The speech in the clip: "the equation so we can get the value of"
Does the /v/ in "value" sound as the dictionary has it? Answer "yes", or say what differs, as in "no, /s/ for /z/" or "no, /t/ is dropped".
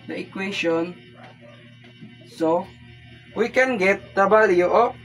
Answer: no, /b/ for /v/